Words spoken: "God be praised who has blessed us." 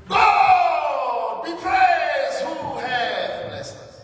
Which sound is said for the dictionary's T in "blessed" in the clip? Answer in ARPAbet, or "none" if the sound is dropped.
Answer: none